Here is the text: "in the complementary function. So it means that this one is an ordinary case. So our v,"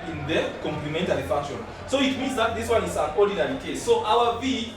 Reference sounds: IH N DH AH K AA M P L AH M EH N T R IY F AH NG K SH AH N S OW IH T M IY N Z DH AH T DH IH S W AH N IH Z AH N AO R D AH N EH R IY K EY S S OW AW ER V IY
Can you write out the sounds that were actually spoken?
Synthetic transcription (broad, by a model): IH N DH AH K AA M P L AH M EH N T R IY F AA K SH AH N S OW IH T M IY N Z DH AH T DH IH S W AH N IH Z AH N AO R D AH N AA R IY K EY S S OW AW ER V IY